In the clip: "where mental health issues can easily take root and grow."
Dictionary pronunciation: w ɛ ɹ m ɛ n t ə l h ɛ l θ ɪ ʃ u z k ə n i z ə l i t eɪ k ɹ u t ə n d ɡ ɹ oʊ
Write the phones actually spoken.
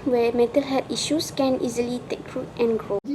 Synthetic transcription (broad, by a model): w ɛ m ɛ t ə l h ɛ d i ʃ u s k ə n i z ə l i t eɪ k ɹ u t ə n ɡ ɹ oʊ